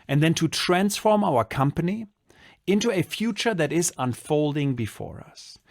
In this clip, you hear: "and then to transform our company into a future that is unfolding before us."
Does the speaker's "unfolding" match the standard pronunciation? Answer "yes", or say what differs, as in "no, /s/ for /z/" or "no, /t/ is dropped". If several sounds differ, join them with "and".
yes